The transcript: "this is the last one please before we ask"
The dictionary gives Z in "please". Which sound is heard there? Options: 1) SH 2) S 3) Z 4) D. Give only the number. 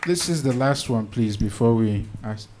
3